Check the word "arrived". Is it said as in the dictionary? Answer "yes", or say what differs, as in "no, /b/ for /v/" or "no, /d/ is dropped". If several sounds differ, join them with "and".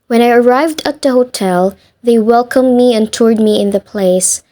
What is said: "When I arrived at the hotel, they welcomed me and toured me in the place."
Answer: yes